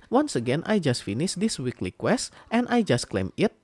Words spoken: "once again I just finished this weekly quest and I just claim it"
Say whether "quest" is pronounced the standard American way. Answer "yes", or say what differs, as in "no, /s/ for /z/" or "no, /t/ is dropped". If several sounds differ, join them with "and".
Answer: yes